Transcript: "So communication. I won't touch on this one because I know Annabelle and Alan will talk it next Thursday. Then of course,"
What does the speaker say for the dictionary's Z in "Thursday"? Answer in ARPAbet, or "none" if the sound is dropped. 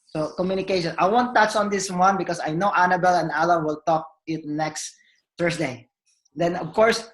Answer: S